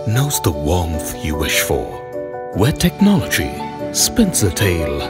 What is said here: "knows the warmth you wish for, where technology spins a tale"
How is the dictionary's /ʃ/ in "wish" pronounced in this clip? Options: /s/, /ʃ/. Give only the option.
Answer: /ʃ/